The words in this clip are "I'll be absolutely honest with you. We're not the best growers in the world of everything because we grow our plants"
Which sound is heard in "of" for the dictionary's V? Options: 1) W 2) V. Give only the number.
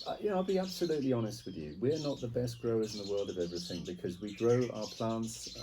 2